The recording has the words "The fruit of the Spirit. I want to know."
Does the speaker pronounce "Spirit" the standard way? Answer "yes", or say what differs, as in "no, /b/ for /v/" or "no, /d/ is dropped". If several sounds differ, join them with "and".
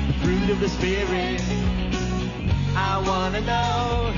no, /t/ is dropped